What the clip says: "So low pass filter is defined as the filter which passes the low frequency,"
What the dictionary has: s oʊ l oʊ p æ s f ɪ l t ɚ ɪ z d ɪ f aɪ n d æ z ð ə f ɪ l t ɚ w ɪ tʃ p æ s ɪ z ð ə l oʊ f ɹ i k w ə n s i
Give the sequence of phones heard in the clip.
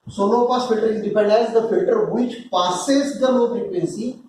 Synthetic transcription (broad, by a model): s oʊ n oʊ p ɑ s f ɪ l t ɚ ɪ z d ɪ p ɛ n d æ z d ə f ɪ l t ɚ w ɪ tʃ p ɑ s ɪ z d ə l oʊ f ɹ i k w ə n s i